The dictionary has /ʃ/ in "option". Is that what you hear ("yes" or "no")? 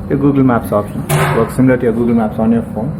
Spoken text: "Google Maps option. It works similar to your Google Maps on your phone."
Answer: no